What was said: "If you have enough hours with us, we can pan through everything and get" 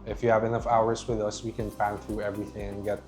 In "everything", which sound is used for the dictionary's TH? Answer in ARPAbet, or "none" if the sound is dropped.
TH